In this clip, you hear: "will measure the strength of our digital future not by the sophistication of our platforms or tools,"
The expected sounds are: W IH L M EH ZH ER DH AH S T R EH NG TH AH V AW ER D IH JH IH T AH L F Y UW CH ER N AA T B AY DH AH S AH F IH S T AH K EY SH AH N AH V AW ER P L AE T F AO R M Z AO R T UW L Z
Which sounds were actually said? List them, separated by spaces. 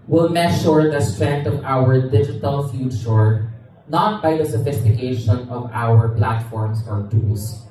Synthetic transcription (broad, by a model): W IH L M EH SH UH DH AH S T R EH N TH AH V AW ER D IH JH IH T AH L F Y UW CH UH N AA T B AY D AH S AH F IH S T AH K EY SH AH N AH V AW ER P L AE T F AO R M S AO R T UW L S